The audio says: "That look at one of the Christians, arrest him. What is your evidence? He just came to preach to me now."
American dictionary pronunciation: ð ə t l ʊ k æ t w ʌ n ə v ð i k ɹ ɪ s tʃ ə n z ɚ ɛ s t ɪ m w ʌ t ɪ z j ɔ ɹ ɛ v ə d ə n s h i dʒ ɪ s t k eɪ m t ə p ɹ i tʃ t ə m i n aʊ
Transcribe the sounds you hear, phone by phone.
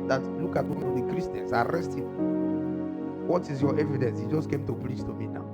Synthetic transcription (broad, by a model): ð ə t l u k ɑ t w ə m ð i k ɹ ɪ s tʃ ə n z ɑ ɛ s t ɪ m w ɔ t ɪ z j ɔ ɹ ɛ v ə d ə n s h i dʒ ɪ s k eɪ m t ə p l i s t ə m i n aʊ